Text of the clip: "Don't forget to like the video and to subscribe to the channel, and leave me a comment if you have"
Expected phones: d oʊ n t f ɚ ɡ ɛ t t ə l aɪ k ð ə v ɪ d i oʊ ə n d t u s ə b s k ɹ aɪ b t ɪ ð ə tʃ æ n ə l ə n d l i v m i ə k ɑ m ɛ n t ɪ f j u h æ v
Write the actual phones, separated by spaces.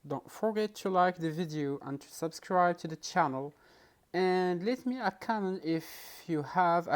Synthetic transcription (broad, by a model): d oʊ n t f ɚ ɡ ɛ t t ə l aɪ k ð ə v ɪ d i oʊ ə n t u s ə b s k ɹ aɪ b t ɪ ð ə tʃ æ n ə l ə n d l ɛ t m i ə k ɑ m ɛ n ɪ f j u h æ v